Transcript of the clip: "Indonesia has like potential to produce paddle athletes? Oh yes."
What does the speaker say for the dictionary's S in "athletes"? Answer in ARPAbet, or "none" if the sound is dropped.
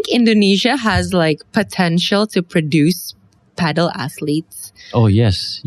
S